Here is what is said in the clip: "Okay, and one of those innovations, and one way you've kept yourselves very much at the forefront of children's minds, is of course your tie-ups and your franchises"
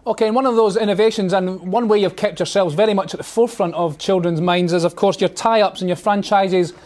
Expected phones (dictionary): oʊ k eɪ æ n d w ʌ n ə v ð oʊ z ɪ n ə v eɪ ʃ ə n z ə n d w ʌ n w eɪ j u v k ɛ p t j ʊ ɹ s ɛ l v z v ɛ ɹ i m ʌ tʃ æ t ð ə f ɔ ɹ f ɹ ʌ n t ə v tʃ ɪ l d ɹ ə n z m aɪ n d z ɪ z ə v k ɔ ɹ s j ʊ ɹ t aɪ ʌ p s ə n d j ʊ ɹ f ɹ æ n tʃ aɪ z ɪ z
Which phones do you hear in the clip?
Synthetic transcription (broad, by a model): oʊ k eɪ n w ʌ n ə v ð oʊ z ɪ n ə v eɪ ʃ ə n z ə n w ʌ n w eɪ j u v k ɛ p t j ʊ ɹ s ɛ l v z v ɛ ɹ i m ʌ tʃ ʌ t ð ə f ɔ ɹ f ɹ ʌ n t ə v tʃ ɪ l d ɹ ə n z m aɪ n d z ɪ z ə v k ɔ ɹ s j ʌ ɹ t aɪ ʌ p s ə n j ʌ ɹ f ɹ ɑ n tʃ aɪ z ɪ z